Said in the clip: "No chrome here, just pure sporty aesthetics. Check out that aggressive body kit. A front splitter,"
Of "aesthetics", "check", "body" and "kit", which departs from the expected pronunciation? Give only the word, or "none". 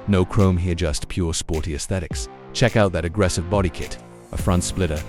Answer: none